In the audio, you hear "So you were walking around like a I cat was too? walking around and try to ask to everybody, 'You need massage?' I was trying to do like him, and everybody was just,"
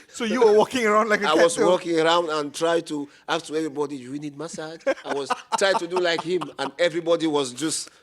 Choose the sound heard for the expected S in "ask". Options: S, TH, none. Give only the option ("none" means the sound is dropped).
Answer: none